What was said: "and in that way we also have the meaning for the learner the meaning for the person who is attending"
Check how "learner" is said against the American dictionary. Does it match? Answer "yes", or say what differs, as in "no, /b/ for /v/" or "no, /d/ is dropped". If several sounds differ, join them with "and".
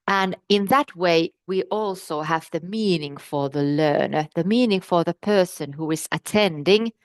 yes